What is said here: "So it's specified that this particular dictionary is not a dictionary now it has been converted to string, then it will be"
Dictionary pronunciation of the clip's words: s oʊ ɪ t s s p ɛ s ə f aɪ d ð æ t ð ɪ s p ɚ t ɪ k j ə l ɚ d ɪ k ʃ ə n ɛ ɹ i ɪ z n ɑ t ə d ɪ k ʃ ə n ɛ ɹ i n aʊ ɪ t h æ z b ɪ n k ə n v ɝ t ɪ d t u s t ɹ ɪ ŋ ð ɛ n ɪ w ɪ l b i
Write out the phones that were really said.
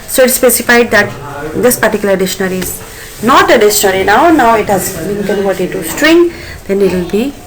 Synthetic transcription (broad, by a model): s oʊ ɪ t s s p ɛ s ə f aɪ d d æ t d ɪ s p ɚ t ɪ k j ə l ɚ d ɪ ʃ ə n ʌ ɹ i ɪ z n ɑ t ə d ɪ ʃ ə n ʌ ɹ i n aʊ ɪ t h æ z b ɪ n k ə n v ɝ t ɪ d t u s t ɹ ɪ ŋ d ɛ n ɪ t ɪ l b i